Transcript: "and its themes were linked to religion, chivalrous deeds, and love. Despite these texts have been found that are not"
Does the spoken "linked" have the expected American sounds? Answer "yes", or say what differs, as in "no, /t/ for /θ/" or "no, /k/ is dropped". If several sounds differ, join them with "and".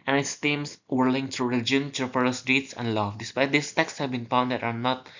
no, /k/ is dropped